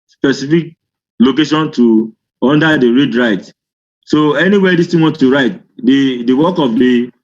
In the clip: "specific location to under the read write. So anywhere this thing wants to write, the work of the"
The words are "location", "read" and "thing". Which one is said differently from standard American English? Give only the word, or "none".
thing